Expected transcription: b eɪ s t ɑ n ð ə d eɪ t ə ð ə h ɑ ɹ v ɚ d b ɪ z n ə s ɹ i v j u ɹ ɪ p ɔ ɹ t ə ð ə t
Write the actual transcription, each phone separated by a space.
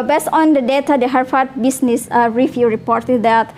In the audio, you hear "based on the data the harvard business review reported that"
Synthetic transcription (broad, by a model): b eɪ s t ɑ n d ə d eɪ t ə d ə h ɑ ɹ f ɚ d b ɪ s n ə s ɹ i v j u ɹ ɪ p ɔ ɹ t ə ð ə t